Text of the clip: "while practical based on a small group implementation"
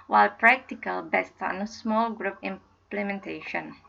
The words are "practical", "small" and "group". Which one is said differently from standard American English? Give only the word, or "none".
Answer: none